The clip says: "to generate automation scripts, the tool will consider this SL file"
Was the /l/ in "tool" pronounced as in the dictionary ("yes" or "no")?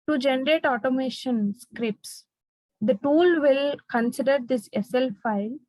yes